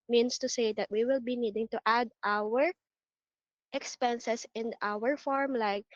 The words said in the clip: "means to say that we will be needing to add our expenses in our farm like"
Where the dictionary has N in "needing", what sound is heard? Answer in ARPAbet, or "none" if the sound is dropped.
N